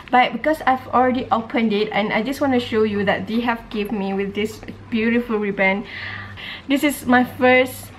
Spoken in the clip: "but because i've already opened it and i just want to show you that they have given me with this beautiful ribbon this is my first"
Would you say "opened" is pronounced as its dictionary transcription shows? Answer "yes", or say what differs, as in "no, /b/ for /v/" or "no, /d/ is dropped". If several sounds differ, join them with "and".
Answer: yes